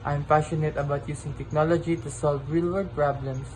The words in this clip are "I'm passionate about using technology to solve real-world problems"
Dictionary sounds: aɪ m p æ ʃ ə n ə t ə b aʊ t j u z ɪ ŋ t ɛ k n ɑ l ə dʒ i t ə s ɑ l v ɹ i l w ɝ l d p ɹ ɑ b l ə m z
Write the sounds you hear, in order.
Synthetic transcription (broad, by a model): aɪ m p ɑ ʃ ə n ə t ə b aʊ t j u s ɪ ŋ t ɛ k n ɑ l ə dʒ i t ə s ɑ l v ɹ i l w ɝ d p ɹ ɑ b l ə m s